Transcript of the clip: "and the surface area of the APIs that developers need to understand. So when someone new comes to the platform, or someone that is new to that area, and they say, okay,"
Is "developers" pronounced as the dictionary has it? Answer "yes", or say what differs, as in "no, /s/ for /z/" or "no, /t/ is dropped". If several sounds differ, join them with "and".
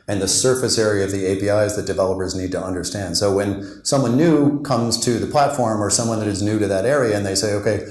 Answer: yes